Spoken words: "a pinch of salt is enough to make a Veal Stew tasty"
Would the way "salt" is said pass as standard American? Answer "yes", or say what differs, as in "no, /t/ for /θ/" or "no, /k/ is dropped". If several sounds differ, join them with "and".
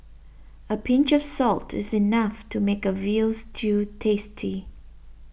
yes